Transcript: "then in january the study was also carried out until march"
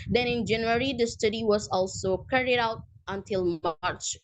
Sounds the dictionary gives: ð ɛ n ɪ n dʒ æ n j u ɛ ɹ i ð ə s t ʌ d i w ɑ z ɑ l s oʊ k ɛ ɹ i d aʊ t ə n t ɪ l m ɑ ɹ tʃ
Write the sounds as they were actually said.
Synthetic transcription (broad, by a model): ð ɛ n ɪ n dʒ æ n j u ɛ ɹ i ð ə s t ʌ d i w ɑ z ɑ l s oʊ k ɛ ɹ i d aʊ t ə n t ɪ l m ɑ ɹ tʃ